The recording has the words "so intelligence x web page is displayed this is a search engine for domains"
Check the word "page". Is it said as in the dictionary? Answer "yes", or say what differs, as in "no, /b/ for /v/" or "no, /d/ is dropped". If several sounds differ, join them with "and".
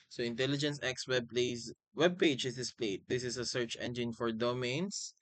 yes